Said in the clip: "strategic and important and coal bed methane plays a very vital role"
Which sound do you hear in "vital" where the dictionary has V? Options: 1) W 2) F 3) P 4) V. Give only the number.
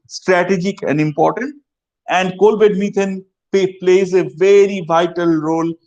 4